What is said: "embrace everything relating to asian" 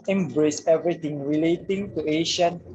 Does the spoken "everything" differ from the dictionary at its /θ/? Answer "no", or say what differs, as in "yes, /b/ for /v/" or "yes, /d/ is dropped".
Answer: yes, /t/ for /θ/